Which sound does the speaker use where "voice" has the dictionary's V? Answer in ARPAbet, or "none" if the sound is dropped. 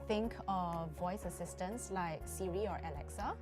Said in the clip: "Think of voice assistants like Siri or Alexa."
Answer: V